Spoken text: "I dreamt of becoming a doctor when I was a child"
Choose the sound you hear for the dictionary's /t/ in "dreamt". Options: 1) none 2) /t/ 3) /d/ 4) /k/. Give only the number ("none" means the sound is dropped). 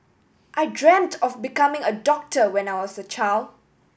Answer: 2